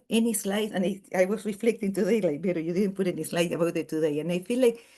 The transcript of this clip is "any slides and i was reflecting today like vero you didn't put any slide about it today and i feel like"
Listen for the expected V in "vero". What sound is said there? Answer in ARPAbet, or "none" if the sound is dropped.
B